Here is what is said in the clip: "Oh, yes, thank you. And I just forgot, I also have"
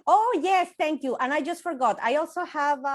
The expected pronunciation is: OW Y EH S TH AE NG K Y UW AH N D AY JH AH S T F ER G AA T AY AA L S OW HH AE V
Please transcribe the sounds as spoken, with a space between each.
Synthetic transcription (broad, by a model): OW Y EH S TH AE NG K Y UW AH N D AY JH AH S T F ER G AA T AY AA L S OW HH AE V